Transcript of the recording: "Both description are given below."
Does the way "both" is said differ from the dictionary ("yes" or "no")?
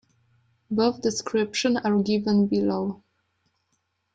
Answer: yes